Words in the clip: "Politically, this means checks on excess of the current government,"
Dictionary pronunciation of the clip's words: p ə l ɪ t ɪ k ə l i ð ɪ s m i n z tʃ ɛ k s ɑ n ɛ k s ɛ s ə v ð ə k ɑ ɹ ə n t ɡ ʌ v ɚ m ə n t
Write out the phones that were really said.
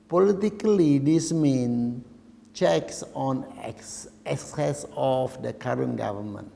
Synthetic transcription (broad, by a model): p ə l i t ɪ k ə l i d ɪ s m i n tʃ ɛ k s ɑ n ɛ k s ɛ s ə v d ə k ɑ ɹ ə n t ɡ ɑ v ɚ m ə n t